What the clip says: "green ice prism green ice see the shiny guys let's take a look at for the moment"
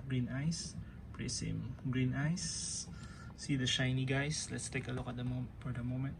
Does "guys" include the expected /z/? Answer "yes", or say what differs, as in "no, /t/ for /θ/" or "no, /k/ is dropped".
no, /s/ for /z/